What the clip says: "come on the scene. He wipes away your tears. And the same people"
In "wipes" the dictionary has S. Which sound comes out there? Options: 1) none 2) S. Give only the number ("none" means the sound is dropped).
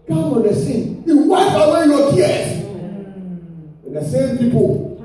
1